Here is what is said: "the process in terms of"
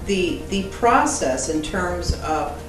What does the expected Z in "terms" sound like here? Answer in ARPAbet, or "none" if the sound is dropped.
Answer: Z